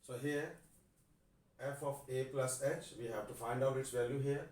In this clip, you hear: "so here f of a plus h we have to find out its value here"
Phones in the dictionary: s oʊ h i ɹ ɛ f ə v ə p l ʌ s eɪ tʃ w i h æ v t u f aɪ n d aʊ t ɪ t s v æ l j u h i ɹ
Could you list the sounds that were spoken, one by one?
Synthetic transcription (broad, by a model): s oʊ h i ɹ ɛ f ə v ə p l ʌ s eɪ tʃ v i h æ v t u f aɪ n d aʊ t ɪ t s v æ l j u h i ɹ